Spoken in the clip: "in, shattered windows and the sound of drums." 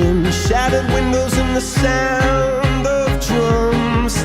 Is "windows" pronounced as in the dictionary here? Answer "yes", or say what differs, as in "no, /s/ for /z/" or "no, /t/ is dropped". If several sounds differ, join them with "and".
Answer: yes